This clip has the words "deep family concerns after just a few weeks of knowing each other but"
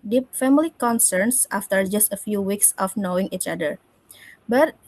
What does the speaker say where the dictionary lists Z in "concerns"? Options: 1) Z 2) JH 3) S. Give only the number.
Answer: 3